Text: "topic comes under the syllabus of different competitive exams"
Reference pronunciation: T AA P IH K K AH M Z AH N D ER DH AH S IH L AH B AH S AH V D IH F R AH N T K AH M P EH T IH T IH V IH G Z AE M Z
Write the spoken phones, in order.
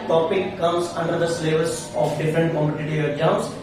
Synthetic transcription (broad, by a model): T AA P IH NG K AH M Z AH N D ER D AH S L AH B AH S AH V D IH F R AH N T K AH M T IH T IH IH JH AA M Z